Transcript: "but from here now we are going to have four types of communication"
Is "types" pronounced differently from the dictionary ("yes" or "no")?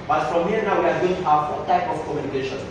yes